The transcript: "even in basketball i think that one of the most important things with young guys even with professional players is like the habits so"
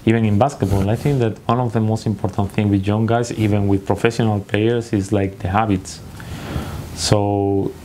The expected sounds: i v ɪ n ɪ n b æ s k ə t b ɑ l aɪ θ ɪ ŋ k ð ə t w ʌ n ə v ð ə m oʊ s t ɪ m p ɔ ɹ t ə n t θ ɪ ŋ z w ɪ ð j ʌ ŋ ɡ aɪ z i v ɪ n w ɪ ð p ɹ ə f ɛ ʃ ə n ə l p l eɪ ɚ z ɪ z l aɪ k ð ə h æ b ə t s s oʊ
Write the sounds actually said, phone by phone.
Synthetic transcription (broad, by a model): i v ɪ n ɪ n b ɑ s k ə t b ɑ l aɪ θ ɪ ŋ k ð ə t w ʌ n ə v ð ə m oʊ s t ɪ m p ɔ ɹ t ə n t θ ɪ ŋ w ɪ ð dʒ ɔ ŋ ɡ aɪ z i v ɪ n w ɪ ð p ɹ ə f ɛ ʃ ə n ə l p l eɪ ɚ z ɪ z l aɪ k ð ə h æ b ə t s s oʊ